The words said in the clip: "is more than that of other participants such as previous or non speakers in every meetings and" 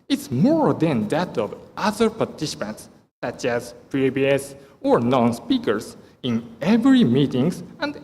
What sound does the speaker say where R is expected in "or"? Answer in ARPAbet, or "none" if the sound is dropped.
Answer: R